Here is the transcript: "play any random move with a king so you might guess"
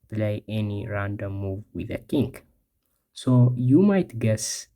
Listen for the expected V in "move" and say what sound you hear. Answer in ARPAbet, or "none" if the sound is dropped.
V